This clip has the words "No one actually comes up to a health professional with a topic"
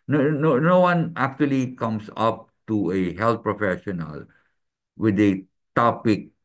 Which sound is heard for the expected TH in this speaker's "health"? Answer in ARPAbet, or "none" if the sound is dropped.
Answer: T